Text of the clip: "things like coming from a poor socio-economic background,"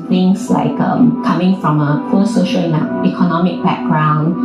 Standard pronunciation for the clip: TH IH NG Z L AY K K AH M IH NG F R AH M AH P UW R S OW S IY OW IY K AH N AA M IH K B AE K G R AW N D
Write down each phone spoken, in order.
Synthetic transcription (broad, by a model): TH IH NG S L AY K K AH M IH NG F R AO M AH F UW L S OW SH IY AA IY K AH N AA M IH K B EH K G R AW N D